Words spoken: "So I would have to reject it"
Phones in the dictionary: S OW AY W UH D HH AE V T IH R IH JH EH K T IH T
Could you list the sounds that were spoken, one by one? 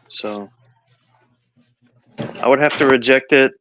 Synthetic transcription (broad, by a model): S OW AY W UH D HH AE F T IH R IH JH EH K T IH T